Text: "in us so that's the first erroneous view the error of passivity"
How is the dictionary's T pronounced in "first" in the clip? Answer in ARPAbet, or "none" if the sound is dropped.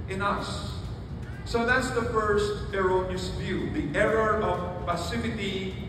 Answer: T